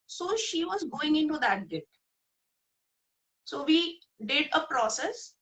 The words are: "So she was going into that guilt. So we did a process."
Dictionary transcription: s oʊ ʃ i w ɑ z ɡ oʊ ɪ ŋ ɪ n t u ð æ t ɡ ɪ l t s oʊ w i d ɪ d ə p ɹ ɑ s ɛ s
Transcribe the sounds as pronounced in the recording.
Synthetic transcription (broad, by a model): s oʊ ʃ i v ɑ z ɡ oʊ ɪ ŋ ɪ n t u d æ t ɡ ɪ t s oʊ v i d ɪ d ə p ɹ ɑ s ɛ s